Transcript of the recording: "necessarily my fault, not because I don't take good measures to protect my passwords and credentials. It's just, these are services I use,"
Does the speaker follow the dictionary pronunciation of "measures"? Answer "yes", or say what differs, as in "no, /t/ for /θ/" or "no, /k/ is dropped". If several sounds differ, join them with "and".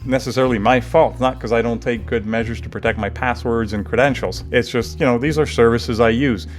yes